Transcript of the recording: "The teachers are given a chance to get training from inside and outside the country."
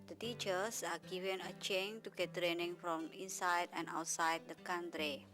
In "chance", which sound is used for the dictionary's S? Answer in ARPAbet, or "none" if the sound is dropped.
none